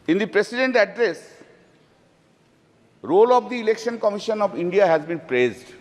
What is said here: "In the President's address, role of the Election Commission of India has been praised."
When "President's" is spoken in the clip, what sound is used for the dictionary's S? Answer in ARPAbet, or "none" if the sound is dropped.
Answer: none